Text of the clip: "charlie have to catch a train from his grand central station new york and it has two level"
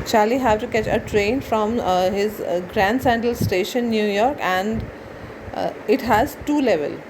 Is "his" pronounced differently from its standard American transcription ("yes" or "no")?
no